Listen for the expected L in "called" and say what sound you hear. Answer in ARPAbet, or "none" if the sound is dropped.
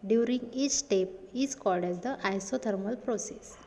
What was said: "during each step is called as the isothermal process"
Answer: L